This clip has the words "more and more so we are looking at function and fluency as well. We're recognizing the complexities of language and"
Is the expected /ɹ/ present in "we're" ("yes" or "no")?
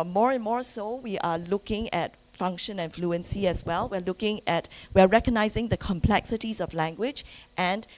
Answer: no